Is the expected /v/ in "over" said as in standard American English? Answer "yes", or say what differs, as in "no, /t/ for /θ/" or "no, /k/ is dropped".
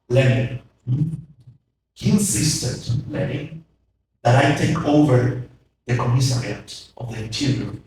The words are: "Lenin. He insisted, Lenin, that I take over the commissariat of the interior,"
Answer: yes